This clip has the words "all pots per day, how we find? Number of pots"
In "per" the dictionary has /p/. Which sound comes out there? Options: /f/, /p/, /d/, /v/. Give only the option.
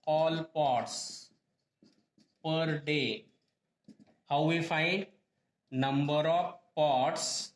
/p/